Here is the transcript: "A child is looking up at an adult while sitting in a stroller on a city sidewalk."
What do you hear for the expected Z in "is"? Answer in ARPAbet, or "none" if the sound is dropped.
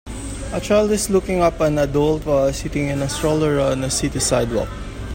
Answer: S